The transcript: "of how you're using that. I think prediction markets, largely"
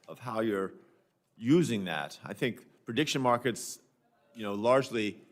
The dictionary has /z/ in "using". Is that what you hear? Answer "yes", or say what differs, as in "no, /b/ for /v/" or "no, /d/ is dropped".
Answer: yes